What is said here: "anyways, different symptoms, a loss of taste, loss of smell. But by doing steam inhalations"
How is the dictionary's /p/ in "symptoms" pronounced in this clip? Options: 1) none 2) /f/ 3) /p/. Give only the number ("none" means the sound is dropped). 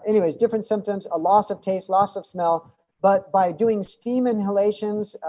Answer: 3